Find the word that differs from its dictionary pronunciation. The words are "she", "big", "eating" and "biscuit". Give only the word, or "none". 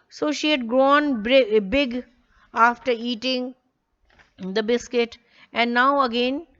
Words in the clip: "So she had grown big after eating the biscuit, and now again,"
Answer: none